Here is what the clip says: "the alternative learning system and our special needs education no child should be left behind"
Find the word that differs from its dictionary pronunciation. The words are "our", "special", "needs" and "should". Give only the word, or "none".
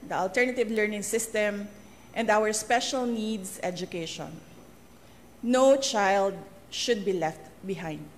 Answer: needs